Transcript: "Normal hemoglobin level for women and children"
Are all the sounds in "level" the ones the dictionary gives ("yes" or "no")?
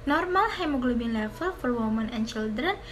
no